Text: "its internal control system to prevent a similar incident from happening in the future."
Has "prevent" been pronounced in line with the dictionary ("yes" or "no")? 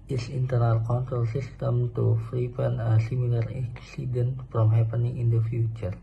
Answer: no